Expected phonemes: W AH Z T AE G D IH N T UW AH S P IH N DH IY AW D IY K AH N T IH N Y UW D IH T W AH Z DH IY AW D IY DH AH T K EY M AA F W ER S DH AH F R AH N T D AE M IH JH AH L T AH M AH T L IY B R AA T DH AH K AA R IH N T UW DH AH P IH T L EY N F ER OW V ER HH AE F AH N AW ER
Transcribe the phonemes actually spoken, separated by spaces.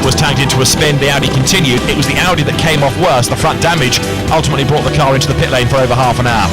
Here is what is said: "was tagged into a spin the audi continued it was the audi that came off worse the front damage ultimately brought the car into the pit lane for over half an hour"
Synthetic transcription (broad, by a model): W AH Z T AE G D IH N T UW AH S P IH N DH IY AW D IY K AH N T IH N Y UW D IH T W AH Z DH IY AW D IY DH AH T K EY M AA F W ER S DH AH F R AH N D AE M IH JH AH L T AH M AH T L IY B R AA T DH AH K AA R IH N T UW DH AH P IH T L EY N F ER OW V ER HH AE F AH N AW ER